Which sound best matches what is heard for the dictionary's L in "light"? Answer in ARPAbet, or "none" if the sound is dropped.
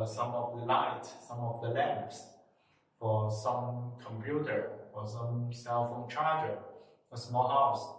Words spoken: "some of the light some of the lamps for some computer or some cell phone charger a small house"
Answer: L